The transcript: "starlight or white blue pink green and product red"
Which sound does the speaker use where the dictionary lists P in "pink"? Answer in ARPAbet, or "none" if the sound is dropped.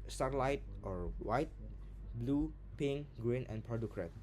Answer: P